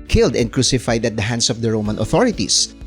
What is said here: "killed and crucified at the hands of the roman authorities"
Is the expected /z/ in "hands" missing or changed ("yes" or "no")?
yes